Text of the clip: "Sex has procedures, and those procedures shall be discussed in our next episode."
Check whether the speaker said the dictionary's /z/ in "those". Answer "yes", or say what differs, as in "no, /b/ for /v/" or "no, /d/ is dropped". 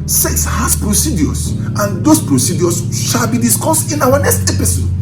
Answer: no, /s/ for /z/